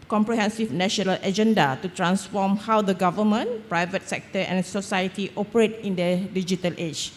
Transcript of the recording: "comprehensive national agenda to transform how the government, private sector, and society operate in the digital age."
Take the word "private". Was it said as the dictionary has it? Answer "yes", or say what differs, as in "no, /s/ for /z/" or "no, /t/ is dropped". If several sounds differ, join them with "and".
yes